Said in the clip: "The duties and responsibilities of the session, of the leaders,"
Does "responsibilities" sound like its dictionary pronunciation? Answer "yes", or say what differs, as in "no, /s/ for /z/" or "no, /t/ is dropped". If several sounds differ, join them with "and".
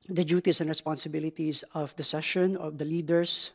no, /s/ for /z/